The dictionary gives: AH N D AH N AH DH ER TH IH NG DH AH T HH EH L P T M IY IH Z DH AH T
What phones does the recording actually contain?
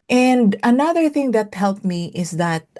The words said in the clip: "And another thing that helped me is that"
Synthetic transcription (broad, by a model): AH N D AH N AH DH ER TH IH NG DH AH T HH EH L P M IY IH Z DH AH T